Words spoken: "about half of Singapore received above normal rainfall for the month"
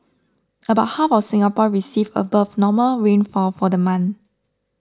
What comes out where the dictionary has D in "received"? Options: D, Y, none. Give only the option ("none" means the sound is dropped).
none